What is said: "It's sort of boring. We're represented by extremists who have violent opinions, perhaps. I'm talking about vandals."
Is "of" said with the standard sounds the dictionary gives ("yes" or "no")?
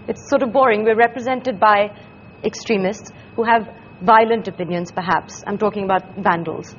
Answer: yes